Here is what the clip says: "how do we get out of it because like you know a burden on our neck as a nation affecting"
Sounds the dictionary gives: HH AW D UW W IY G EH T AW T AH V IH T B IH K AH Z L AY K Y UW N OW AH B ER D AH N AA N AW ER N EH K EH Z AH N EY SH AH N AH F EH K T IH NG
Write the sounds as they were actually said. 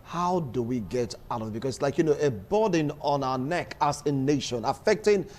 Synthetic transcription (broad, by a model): HH AW D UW W IY G EH T AW T AH V IH T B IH K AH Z L AY K Y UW N OW AH B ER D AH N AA N AW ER N EH K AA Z AH N EY SH AH N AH F EH K T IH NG